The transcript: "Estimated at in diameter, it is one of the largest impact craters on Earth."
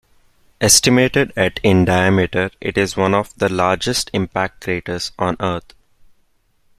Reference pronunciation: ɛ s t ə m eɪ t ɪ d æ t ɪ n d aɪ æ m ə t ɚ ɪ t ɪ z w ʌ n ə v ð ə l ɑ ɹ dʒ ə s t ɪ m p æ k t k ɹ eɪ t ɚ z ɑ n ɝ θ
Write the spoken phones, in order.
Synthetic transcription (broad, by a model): ɛ s t ə m eɪ t ɪ d æ t ɪ n d aɪ æ m ə t ɚ ɪ t ɪ z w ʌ n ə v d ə l ɑ ɹ dʒ ə s t ɪ m p æ k t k ɹ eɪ t ɚ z ɑ n ɝ t